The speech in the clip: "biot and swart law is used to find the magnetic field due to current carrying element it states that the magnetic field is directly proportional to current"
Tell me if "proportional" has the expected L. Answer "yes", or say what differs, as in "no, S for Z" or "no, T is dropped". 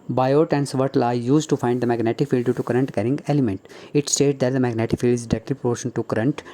no, N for L